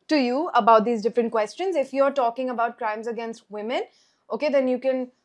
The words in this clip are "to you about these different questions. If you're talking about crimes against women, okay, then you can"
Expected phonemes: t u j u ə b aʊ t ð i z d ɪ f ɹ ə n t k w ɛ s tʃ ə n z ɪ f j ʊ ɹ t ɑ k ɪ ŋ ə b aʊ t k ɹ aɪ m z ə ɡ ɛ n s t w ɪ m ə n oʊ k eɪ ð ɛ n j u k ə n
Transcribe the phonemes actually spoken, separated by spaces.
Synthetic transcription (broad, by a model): t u j u ə b aʊ t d i z d ɪ f ɹ ə n t k w ɛ s tʃ ə n z ɪ f j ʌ ɹ t ɑ k ɪ ŋ ə b aʊ t k ɹ aɪ m z ə ɡ ɛ n s t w ɪ m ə n oʊ k eɪ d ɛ n j u k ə n